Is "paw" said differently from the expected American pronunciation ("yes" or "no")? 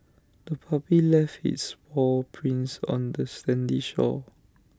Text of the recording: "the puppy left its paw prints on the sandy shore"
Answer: yes